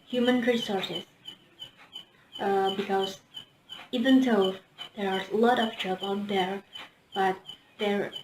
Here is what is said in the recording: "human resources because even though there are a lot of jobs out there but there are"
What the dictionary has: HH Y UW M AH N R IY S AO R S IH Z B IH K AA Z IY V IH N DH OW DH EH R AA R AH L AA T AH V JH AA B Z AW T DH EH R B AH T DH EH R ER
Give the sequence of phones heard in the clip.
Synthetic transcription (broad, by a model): HH Y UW M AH N R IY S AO R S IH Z B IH K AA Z IY V IH N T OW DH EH R AA R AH L AA T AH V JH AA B AW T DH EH R B AH T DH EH R